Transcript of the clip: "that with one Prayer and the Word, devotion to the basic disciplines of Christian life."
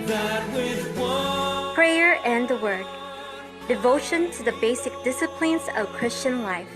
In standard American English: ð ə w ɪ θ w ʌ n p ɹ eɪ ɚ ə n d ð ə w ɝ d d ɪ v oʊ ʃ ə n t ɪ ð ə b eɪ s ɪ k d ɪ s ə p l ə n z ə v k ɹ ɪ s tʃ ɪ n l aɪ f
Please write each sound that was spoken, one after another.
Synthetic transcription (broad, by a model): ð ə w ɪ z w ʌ p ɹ eɪ ɚ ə n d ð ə w ɝ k d ɪ v oʊ ʃ ə n t ɪ ð ə b eɪ s ɪ k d ɪ s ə p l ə n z ə v k ɹ ɪ s tʃ ɪ n l aɪ f